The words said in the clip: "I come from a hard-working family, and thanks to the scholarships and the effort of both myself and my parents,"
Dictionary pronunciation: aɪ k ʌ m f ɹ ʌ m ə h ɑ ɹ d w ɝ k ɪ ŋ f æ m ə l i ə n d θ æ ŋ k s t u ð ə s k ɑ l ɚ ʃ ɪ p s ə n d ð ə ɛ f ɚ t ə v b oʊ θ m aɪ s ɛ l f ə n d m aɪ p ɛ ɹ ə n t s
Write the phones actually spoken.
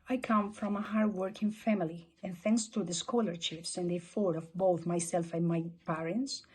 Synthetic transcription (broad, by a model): aɪ k ʌ m f ɹ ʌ m ə h ɑ ɹ d w ɝ k ɪ ŋ f æ m ə l i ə n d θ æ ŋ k s t u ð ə s k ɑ l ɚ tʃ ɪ f s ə n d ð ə f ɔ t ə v b oʊ θ m aɪ s ɛ l f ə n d m aɪ p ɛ ɹ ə n t s